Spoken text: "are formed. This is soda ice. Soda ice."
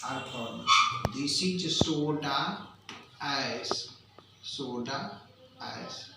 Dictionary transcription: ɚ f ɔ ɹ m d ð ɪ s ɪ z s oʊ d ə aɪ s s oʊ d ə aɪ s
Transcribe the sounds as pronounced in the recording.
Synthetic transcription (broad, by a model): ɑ p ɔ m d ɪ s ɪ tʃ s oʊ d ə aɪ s s oʊ d ə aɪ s